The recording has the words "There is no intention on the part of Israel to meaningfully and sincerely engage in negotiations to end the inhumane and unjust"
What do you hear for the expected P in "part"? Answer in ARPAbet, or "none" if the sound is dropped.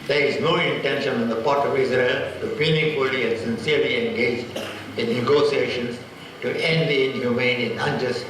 P